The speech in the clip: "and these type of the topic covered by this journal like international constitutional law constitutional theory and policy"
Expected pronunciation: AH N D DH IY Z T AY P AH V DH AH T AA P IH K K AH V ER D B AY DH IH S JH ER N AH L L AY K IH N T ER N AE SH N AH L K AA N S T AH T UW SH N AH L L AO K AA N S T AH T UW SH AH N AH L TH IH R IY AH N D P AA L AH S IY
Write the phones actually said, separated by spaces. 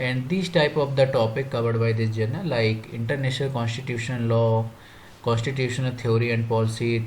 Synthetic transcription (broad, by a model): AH N D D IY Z T AY P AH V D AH T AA P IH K K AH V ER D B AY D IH JH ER N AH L L AY K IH N T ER N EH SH N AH L K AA N S T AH T UW SH AH N L AO K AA N S T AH T UW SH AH N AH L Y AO R IY AH N D P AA L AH S IY